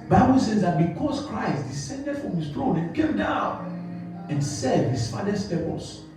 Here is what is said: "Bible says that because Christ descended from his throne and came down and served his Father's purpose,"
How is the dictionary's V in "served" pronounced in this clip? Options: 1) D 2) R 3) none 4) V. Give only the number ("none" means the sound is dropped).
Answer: 3